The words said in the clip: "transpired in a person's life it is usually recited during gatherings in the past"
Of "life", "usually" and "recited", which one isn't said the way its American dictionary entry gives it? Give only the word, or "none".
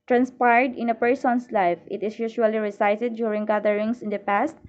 usually